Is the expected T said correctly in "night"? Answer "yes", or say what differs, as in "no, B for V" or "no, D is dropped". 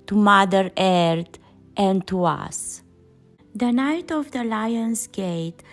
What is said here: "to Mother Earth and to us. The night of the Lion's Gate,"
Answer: yes